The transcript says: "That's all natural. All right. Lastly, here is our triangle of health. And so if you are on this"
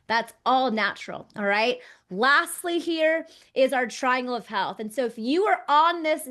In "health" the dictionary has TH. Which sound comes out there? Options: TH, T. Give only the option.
TH